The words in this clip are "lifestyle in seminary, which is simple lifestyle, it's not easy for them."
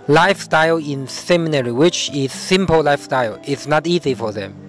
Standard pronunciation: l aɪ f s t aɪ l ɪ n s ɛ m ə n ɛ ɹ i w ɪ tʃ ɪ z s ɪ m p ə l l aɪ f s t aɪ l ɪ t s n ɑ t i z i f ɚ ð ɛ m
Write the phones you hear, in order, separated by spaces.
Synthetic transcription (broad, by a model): l aɪ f s t aɪ l ɪ n s ɛ m ə n ɛ ɹ i w ɪ tʃ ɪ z s ɪ m p ə l l aɪ f s t aɪ l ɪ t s n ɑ t i z i f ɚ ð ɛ m